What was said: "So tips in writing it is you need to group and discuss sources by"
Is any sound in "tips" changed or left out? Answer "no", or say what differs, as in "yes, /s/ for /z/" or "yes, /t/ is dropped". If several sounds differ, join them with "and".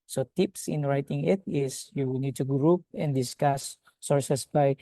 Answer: no